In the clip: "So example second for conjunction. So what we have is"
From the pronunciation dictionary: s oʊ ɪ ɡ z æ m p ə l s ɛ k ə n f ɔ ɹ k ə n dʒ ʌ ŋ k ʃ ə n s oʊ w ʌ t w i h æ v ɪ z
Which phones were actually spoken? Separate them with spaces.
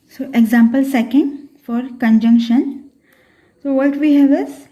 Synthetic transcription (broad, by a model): s oʊ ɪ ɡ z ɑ m p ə l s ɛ k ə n f ɔ ɹ k ə n dʒ ʌ ŋ k ʃ ə n s oʊ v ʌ t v i h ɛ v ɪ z